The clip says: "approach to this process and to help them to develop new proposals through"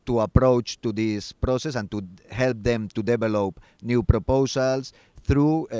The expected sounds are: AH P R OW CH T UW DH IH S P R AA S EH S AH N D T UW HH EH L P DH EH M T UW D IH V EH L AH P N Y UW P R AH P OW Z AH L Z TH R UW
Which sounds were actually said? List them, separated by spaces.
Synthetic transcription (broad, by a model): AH P R OW CH T UW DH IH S P R AA S EH S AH N T UW HH EH L P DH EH M T UW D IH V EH L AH P N Y UW P R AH P OW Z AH L S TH R UW